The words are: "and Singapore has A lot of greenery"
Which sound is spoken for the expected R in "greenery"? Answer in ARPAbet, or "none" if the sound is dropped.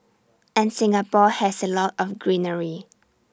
R